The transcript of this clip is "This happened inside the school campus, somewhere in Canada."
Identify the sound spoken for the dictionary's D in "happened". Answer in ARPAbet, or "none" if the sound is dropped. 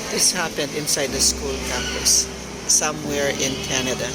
D